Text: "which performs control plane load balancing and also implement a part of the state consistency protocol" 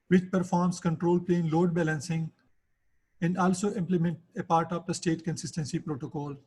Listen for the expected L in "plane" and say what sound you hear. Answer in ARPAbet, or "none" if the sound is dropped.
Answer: L